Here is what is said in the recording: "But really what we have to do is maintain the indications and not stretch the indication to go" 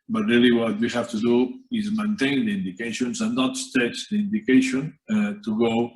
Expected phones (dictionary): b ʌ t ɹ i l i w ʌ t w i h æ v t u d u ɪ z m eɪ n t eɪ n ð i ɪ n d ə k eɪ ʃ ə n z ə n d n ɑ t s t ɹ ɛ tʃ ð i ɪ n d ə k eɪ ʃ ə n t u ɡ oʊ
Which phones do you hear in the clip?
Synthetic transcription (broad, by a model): b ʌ t ɹ i l i w ʌ t w i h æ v t u d u ɪ z m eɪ n t eɪ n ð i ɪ n d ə k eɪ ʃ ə n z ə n n ɑ t s t ɛ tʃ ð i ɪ n d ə k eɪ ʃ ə n t u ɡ oʊ